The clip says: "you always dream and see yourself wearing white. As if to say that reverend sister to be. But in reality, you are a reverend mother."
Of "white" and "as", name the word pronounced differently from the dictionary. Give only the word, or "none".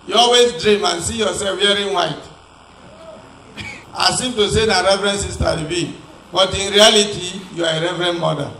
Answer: as